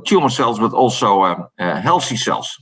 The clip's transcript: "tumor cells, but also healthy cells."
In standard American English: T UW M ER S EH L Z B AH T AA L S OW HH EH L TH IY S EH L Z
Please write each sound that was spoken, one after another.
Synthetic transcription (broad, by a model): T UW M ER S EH L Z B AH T AA L S OW HH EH L S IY S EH L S